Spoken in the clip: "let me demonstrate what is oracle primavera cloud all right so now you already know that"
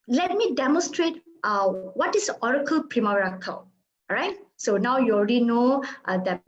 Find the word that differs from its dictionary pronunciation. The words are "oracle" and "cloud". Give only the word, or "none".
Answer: cloud